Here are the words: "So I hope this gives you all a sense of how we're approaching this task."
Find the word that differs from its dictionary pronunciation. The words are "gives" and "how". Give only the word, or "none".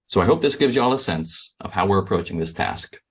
none